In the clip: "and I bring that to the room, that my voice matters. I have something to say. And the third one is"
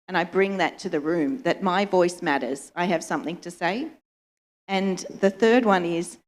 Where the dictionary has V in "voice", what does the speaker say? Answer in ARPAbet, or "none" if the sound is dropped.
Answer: V